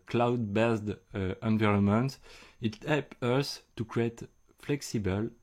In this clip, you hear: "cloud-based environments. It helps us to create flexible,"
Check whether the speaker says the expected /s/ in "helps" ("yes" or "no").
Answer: no